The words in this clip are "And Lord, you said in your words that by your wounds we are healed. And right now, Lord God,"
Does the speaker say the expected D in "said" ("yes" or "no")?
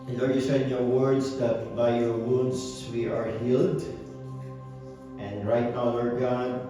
no